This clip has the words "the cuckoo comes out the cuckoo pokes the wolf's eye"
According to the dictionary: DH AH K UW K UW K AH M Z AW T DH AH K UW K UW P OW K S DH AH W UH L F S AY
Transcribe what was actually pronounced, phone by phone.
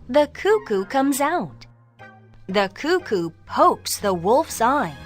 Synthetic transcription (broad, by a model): DH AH K UW K UW K AH M Z AW T DH AH K UW K UW P OW K S DH AH W UH L F S AY